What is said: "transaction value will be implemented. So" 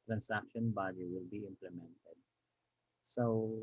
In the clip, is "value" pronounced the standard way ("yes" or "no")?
no